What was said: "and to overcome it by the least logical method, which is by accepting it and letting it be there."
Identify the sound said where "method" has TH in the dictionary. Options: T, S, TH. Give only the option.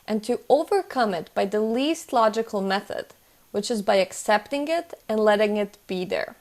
TH